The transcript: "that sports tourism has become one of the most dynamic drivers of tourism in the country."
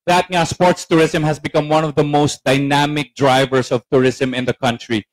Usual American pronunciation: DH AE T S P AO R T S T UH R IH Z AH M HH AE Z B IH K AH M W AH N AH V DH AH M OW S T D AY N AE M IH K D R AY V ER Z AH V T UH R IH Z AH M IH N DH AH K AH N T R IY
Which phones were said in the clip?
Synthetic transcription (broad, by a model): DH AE T S P AO R T S T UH R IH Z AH M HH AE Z B IH K AH M W AH N AH V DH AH M OW S T D AY N AE M IH K D R AY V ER S AH V T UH R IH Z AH M IH N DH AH K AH N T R IY